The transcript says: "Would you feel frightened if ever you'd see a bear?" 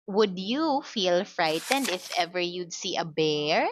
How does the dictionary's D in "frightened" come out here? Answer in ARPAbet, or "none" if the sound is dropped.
D